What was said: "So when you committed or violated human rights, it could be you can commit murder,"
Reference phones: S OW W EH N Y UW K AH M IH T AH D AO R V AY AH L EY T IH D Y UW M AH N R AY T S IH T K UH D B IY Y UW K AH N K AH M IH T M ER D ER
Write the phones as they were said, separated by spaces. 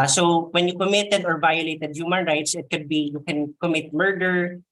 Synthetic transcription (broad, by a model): S OW W EH N Y UW K AH M IH T AH D AO R V AY AH L EY T IH D Y UW M AH N R AY T S IH T K UH D B IY Y UW K AH N K AH M IH T M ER D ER